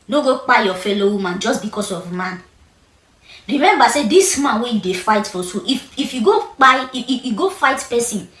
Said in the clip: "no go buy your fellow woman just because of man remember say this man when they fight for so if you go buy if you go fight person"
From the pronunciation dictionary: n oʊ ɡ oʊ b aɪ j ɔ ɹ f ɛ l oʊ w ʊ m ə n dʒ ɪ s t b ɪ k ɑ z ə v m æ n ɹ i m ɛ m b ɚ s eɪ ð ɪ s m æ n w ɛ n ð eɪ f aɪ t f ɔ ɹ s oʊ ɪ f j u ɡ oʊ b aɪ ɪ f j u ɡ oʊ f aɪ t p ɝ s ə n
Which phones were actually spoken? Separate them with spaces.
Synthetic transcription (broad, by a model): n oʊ ɡ oʊ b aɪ j ɔ f ɛ l oʊ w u m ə n dʒ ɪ s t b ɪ k ɑ s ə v m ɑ n ɹ i m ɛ m b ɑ s eɪ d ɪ s m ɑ n w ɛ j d eɪ f aɪ t f ɔ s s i ɪ f j u ɡ oʊ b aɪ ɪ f j u ɡ oʊ f aɪ t p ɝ s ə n